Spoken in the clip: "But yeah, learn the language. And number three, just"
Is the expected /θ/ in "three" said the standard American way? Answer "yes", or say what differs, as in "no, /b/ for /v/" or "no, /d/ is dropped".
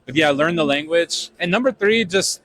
yes